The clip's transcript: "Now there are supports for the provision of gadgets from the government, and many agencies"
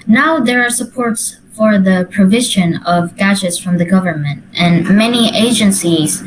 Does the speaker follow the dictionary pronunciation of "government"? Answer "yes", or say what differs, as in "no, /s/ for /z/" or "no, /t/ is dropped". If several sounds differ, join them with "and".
yes